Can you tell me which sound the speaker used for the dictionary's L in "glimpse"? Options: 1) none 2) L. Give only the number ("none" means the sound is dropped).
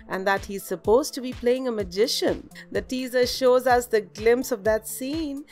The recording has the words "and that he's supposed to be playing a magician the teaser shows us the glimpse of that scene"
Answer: 2